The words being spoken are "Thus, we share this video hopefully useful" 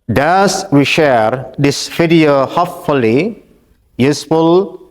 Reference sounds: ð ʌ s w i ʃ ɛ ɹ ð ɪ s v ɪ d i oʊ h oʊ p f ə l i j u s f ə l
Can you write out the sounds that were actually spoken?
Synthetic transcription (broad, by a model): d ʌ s w i ʃ ɛ ɹ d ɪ s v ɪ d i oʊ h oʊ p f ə l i j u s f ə l